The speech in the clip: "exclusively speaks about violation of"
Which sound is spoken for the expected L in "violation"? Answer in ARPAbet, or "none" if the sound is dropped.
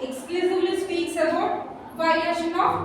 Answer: none